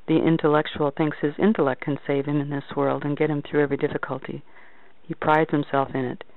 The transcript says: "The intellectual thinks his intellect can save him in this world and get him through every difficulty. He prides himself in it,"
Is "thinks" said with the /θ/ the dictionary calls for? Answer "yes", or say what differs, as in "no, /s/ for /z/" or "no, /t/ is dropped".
yes